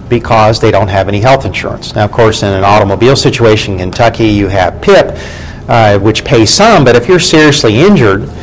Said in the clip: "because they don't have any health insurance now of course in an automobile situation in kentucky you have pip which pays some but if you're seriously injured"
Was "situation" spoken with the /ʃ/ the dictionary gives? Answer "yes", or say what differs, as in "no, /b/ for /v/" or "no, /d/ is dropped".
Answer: no, /ʃ/ is dropped